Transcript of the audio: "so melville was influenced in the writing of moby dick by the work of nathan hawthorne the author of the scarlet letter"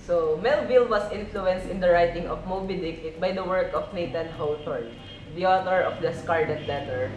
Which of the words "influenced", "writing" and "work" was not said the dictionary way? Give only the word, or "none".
none